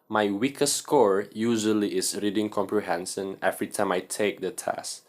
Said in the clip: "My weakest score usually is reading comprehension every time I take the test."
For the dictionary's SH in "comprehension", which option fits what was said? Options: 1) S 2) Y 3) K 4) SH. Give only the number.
1